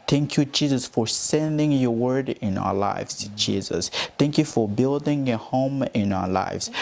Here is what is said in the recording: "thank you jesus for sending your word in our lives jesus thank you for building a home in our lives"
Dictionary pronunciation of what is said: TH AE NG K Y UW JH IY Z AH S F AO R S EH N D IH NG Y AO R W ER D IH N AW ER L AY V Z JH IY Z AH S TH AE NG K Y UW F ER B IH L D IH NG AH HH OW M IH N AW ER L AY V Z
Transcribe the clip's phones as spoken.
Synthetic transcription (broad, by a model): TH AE NG K Y UW JH IY Z AH S F AO R S EH N D IH NG Y AO R W ER D IH N AW ER L AY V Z JH IY Z AH S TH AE NG K Y UW F ER B IH L D IH NG AH HH OW M IH N AW ER L AY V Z